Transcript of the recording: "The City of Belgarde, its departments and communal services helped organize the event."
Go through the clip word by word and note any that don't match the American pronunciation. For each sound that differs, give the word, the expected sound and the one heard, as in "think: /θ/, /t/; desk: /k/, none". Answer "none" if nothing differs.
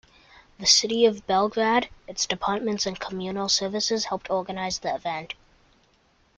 none